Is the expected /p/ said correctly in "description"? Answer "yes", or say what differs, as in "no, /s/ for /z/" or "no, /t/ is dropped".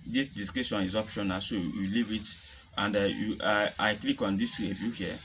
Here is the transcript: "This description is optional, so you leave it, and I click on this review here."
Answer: no, /p/ is dropped